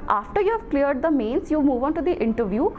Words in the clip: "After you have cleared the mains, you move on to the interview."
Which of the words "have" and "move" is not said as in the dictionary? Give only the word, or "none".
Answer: none